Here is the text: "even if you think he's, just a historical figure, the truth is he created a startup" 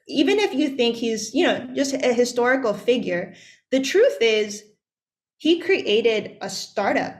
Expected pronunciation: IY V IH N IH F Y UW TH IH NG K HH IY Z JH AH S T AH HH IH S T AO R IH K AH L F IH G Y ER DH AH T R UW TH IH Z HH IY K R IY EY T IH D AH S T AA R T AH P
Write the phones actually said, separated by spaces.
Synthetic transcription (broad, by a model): IY V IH N IH F Y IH TH IH NG K HH IY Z JH AH S T AH HH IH S T AO R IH K L F IH G Y ER DH AH T R UW TH IH Z HH IY K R IY EY T IH D AH S T AA R T AH P